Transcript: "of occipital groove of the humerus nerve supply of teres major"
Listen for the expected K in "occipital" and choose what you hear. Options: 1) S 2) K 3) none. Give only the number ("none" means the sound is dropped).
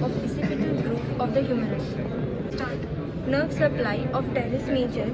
3